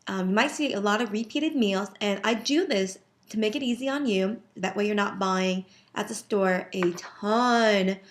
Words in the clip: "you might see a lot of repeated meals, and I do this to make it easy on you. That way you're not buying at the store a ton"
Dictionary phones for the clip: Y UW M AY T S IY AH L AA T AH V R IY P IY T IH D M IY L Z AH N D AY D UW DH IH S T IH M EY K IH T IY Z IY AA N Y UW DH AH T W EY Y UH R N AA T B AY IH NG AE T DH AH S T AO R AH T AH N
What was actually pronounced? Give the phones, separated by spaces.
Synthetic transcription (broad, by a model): Y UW M AY T S IY AH L AA T AH V R IY P IY T IH D M IY L Z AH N AY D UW DH IH S T IH M EY K IH T IY Z IY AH N Y UW DH AH T W EY Y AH R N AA T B AY IH NG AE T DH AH S T AO R AH T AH N